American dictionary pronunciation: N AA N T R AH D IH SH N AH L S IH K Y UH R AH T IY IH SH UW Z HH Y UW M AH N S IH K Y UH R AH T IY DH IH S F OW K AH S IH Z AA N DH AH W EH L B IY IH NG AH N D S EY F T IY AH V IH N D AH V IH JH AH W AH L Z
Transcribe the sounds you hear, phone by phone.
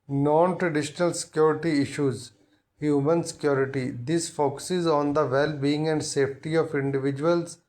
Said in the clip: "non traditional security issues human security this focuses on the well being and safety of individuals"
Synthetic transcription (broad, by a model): N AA N T R AH D IH SH N AH L S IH K Y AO R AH T IY IH SH UW Z HH Y UW M AH N S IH K Y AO R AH T IY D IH S F OW K AH S IH Z AA N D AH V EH L B IY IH NG AH N D S EY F T IY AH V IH N D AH V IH JH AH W AH L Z